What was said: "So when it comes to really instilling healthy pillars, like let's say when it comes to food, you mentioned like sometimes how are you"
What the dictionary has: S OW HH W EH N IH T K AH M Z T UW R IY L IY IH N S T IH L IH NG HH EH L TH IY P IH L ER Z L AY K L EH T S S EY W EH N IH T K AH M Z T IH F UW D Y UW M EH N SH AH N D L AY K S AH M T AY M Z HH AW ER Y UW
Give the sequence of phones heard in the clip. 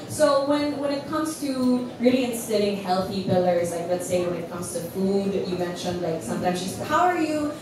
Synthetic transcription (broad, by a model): S OW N W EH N IH T K AH M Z T UW R IY L IY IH N S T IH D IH NG HH EH L TH IY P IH L ER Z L AY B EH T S S EY W EH N IH T K AH M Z T IH F UW D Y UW M EH N SH AH N D L AY K S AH M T AY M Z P AW ER Y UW